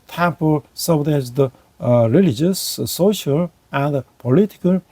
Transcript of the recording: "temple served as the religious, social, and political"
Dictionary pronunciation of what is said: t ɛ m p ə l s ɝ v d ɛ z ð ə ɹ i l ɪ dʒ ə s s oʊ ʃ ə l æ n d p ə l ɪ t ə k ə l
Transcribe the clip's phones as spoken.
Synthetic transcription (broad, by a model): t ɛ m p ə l s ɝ d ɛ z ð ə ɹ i l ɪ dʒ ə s s oʊ ʃ ə l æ n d p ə l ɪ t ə k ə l